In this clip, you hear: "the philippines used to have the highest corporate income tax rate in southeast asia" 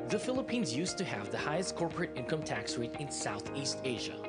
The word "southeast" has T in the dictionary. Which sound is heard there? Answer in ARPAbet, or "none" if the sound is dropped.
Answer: T